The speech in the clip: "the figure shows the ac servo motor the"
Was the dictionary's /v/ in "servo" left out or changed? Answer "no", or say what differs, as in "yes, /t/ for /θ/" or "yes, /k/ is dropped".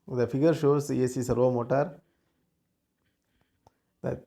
yes, /v/ is dropped